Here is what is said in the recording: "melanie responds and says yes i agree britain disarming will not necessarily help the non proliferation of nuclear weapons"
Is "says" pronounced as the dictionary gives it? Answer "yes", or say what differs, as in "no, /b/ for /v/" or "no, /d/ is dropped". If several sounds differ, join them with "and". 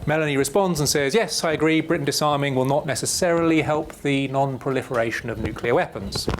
yes